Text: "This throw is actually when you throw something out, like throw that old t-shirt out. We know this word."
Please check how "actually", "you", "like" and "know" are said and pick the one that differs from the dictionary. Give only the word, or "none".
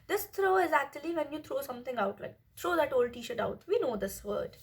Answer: none